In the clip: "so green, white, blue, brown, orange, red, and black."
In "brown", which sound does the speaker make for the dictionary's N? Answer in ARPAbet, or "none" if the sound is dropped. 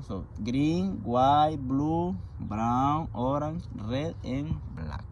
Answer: none